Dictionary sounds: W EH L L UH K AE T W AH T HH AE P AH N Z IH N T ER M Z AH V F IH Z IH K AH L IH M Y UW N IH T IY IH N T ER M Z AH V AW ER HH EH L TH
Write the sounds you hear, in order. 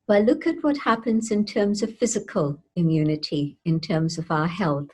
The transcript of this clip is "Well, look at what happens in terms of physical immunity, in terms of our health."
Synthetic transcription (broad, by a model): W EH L L UH K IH T W AH T HH AE P AH N Z IH N T ER M Z AH V F IH Z IH K AH L IH M Y UW N IH T IY IH N T ER M Z AH V AW ER HH EH L TH